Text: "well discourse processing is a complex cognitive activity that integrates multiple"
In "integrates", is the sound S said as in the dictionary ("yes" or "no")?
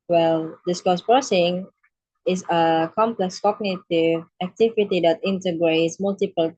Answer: yes